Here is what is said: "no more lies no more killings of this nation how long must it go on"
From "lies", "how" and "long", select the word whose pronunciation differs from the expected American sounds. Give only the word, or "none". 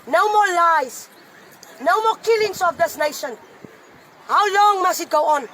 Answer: lies